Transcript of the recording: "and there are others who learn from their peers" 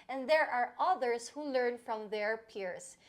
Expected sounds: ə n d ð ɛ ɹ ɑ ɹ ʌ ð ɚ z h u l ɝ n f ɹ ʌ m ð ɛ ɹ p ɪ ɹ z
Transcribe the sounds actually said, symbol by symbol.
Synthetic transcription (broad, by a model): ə n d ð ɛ ɹ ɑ ɹ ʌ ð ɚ s h u l ɝ n f ɹ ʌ m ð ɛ ɹ p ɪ ɹ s